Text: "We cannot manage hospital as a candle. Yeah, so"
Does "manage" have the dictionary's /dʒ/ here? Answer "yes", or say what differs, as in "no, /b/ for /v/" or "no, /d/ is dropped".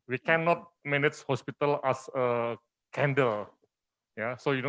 no, /tʃ/ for /dʒ/